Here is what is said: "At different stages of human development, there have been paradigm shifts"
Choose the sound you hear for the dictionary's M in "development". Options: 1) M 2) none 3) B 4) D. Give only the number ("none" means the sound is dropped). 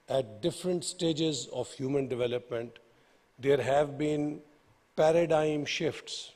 1